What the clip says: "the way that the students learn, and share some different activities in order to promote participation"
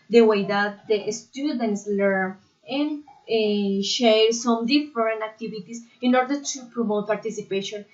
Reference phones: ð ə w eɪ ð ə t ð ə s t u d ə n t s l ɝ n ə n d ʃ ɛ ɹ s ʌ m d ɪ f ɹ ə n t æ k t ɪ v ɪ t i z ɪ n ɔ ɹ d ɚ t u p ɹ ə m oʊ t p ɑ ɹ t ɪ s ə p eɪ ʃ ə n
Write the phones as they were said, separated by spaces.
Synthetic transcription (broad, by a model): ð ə w eɪ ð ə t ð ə s t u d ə n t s l ɝ n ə n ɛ ʃ ɛ ɹ s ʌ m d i f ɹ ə n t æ k t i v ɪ t i s ɪ n ɔ ɹ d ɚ t u p ɹ ə m oʊ t p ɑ ɹ t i s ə p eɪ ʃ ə n